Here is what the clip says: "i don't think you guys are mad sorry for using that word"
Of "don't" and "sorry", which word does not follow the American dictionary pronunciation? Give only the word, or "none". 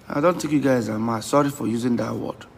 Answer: none